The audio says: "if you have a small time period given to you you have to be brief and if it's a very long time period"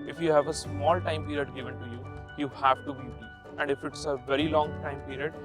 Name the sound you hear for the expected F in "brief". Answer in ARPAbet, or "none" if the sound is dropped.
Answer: none